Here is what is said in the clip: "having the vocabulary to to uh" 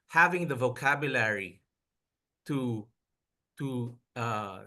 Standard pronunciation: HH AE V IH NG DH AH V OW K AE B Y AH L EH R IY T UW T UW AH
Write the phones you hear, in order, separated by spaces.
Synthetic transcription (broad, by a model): HH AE V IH NG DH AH V OW K AE B Y AH L EH R IY T UW T UW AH